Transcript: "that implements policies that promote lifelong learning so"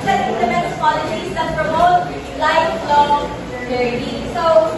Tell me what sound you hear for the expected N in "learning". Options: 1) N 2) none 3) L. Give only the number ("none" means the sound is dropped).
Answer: 2